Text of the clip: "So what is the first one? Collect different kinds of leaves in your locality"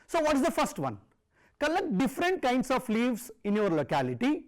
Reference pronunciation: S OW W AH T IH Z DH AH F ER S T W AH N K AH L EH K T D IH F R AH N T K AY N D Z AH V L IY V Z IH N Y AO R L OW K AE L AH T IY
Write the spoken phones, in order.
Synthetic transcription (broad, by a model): S OW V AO T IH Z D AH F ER S T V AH N K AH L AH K D IH F R AH N T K AY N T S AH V L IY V S IH N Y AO R L OW K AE L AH T IY